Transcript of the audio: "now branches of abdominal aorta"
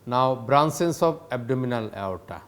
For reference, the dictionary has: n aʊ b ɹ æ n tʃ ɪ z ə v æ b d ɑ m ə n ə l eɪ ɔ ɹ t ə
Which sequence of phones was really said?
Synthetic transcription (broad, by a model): n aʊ b ɹ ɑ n s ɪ s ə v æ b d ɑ m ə n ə l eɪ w t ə